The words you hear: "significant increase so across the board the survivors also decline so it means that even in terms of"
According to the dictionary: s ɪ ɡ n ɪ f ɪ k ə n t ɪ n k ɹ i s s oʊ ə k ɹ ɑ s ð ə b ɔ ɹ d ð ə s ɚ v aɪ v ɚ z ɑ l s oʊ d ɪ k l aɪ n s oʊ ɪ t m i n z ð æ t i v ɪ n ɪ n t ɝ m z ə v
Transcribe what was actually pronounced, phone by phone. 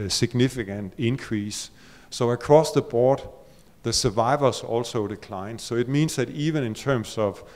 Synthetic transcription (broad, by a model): s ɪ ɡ n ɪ f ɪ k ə n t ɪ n k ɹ i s s oʊ ə k ɹ ɑ s ð ə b ɔ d ð ə s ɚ v aɪ v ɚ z ɑ l s oʊ d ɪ k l aɪ n s oʊ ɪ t m i n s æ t i v ɪ n ɪ n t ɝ m s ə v